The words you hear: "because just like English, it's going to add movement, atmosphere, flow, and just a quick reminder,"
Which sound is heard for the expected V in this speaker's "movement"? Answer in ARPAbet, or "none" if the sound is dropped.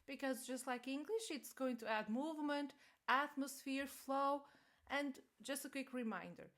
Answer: V